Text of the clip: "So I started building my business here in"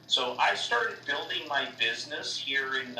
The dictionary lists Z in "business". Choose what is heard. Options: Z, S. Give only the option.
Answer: Z